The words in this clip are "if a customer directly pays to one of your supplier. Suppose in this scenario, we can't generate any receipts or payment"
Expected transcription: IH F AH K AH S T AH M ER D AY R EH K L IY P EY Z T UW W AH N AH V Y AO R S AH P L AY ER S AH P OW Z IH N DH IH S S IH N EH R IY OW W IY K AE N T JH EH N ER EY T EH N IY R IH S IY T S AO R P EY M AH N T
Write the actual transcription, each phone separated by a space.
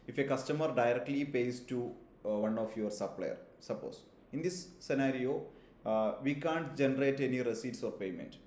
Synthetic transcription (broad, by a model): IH F AH K AH S T AH M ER D AY R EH K L IY P EY S T UW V AH N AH F Y AO R S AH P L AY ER S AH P OW S IH N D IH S S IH N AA R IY OW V IY K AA N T JH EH N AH EY T EH N IY R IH S IY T S AO R P EY M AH N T